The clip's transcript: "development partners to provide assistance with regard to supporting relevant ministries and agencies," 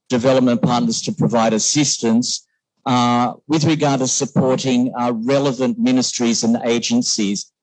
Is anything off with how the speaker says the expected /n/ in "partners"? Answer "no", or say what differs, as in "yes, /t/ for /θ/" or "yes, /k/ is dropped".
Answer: no